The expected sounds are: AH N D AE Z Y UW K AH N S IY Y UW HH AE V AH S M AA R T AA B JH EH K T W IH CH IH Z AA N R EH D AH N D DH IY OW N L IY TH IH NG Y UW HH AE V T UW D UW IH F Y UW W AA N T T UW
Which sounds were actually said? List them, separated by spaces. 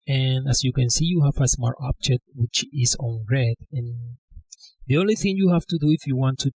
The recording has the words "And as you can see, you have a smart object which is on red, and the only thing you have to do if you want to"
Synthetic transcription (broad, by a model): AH N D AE S Y UW K AH N S IY Y UW HH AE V AH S M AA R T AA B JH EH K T W IH CH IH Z AA N R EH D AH N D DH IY OW N L IY TH IH NG Y UW HH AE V T UW D UW IH F Y UW W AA N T T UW